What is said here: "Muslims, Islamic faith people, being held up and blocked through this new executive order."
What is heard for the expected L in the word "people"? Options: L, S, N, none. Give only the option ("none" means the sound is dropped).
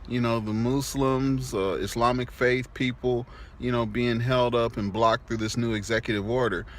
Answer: N